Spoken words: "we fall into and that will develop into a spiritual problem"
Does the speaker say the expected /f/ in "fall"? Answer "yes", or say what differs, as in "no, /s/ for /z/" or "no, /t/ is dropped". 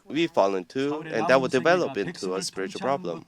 yes